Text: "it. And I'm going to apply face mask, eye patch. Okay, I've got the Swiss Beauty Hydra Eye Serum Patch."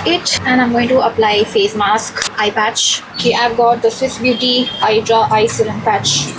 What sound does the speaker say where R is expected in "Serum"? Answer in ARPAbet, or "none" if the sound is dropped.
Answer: L